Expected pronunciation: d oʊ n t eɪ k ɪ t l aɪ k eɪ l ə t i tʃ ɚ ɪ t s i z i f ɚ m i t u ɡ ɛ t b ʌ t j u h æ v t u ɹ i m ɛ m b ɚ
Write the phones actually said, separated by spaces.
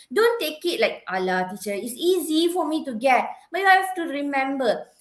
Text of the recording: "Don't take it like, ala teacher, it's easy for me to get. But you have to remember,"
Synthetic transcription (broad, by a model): d oʊ n t eɪ k ɪ t l aɪ k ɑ l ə t i tʃ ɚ ɪ t s i z i f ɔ m i t u ɡ ɛ t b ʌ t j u h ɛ f t u ɹ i m ɛ m b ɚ